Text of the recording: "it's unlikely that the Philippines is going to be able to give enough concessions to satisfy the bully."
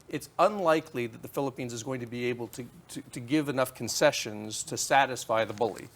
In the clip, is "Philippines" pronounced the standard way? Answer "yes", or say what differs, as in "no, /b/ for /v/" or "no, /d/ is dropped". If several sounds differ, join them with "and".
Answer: yes